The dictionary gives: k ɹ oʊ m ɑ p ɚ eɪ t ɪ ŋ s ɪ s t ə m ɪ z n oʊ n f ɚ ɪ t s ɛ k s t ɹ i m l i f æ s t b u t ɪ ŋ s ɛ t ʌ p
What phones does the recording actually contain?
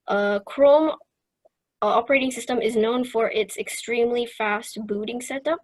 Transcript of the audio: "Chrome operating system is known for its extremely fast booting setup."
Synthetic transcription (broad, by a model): k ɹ oʊ m ɑ p ɚ eɪ t ɪ ŋ s ɪ s t ə m ɪ z n oʊ n f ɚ ɪ t s ɛ k s t ɹ i m l i f æ s t b u t ɪ ŋ s ɛ t ʌ p